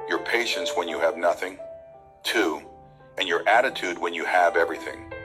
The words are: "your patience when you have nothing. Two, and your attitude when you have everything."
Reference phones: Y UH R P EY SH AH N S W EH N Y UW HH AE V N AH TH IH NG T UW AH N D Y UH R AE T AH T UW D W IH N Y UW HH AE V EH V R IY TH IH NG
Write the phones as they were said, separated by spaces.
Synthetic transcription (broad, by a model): Y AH R P EY SH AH N S W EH N Y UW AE V N AH TH IH NG T UW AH N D Y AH R AE T AH T UW D W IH N Y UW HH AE V EH V R IY TH IH NG